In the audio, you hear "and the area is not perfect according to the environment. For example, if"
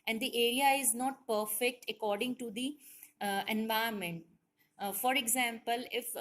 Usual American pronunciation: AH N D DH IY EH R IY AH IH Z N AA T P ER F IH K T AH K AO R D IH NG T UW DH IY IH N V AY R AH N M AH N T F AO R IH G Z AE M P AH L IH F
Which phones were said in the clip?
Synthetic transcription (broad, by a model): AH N D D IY EH R IY AH IH Z N AA T P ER F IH K T AH K AO R D IH NG T UW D IY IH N V AY AH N M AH N T F AO R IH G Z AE M P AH L IH F